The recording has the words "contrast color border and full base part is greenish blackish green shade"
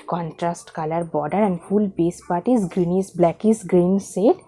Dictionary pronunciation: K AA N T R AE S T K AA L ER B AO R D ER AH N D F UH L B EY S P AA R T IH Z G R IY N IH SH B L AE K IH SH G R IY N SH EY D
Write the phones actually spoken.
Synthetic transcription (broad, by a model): K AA N T R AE S T K AA L ER B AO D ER AH N D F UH L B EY S P AA R T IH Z G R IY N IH S B L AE K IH S G R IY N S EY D